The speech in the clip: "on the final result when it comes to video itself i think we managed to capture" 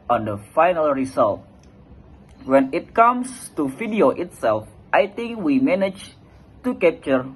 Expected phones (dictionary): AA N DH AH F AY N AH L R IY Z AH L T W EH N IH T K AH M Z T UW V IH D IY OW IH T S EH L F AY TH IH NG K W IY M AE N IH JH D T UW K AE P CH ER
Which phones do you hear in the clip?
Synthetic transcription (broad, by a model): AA N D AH F AY N AH L R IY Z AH L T W EH N IH T K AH M S T UW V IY D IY OW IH T S EH L F AY T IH NG K W IY M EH N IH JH T UW K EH P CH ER